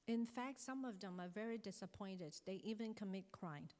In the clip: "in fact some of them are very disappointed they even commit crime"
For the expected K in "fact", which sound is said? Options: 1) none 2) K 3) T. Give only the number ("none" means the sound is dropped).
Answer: 2